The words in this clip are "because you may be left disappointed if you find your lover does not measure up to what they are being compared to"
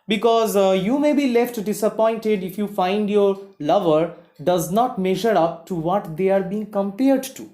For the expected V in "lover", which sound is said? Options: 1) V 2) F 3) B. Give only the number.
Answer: 1